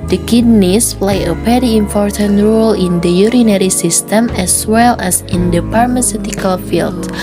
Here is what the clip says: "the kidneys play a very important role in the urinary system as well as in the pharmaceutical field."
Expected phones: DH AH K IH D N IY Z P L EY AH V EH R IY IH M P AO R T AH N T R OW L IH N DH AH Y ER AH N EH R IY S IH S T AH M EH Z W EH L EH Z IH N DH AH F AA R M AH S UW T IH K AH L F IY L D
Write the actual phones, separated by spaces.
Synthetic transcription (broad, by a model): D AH K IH D N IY S P L EY AH P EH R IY IH M P AO R T AH N T R OW L IH N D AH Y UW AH N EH R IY S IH S T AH M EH S W EH L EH S IH N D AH P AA R M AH S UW T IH K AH L F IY L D